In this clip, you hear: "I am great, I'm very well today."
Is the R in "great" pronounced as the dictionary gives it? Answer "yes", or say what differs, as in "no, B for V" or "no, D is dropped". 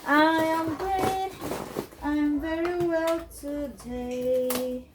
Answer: no, R is dropped